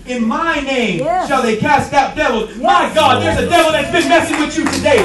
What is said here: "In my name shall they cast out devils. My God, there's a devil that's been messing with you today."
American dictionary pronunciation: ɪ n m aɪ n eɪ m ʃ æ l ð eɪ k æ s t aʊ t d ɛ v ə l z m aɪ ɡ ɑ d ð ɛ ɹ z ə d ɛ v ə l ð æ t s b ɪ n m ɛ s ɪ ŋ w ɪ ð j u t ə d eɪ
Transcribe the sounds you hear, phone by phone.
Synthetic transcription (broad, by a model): ɪ n m aɪ n eɪ m ʃ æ l ð eɪ k æ s t aʊ t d ɛ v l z m aɪ ɡ ɑ d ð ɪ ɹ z ə d ɛ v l ð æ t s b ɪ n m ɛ s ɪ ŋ w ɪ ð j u t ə d eɪ